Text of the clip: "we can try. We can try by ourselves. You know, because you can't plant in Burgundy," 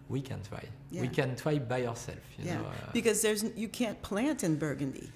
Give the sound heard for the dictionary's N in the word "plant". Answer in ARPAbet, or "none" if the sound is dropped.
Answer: N